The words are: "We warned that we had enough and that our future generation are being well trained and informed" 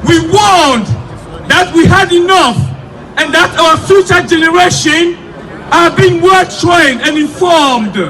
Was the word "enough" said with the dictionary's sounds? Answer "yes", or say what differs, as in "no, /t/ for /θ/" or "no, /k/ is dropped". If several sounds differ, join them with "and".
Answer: yes